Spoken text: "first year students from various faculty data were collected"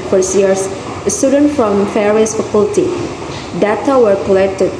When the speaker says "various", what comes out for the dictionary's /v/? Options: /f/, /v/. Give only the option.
/f/